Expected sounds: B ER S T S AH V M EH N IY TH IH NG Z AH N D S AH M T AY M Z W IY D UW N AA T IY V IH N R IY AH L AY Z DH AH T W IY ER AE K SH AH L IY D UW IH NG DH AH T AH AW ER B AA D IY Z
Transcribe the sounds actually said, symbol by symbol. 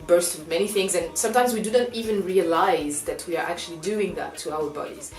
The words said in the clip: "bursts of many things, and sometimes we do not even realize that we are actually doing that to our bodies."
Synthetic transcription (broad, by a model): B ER S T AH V M EH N IY TH IH NG Z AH N S AH M T AY M Z W IY D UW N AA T IY V IH N R IY AH L AY Z DH AH T W IY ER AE K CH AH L IY D UW IH NG DH AH T AH AW ER B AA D IY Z